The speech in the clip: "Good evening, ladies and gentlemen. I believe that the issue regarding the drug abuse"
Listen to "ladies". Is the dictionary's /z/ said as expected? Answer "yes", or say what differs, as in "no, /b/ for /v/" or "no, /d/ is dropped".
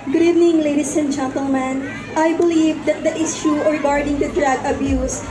no, /s/ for /z/